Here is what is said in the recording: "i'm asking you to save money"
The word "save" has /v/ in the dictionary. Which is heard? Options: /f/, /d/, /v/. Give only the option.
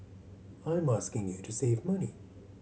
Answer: /v/